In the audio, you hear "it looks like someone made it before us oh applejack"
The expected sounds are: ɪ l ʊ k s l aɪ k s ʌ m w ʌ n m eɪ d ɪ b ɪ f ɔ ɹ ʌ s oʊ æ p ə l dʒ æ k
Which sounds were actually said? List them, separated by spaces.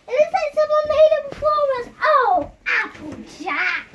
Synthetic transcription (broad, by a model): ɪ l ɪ s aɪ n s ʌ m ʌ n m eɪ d ɪ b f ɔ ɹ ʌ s oʊ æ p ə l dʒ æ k